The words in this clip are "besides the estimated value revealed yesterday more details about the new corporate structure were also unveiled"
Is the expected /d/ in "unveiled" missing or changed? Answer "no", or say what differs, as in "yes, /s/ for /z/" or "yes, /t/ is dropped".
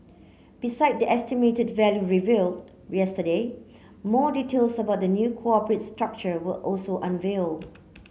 yes, /d/ is dropped